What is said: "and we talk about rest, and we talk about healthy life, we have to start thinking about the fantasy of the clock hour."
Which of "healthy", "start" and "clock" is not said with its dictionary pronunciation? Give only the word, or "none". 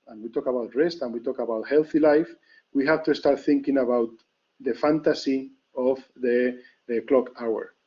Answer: none